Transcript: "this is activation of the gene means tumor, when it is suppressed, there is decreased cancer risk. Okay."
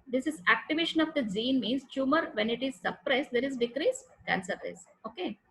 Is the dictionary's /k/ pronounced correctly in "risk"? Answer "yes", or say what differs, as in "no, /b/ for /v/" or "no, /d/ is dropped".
no, /k/ is dropped